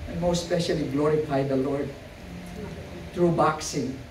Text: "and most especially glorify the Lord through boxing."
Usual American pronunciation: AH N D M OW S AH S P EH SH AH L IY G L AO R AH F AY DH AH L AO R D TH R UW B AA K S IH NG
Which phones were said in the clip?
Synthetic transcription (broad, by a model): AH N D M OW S S P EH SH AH L IY G L AO R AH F AY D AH L AO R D T R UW B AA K S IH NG